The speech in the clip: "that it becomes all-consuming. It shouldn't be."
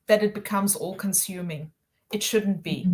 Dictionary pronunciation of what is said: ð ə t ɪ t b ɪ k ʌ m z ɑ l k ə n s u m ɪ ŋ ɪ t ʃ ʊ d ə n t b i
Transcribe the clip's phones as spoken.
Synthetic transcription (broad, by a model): ð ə t ɪ t b ɪ k ʌ m z ɑ l k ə n s u m ɪ ŋ ɪ t ʃ ʊ d n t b i